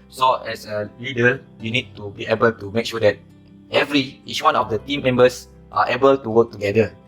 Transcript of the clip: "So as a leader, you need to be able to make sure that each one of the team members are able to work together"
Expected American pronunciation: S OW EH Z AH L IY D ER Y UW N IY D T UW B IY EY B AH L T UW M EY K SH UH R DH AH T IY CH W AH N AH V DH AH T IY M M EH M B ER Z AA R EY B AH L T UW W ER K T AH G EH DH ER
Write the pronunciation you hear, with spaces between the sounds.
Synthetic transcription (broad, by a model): S OW EH S AH L IY D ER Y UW N IY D T UW B IY EY B AH L T UW M EY K SH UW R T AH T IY S W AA N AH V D AH T IY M M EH M B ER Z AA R EY B AH L T UW W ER K T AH G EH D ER